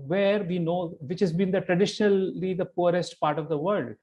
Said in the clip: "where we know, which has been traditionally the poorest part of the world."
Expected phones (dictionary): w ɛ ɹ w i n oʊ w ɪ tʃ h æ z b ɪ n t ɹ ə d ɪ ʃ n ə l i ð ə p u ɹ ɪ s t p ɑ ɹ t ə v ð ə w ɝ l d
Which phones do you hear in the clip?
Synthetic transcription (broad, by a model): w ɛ ɹ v i n oʊ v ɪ tʃ h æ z b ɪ n t ɹ ə d ɪ ʃ n ə l i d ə p u ɹ ɪ s t p ɑ ɹ t ə v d ə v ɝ l d